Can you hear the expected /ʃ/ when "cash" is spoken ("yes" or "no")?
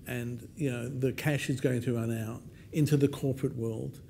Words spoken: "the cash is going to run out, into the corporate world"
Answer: yes